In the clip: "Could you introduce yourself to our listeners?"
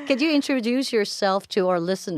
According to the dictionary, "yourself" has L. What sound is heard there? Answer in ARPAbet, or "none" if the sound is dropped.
L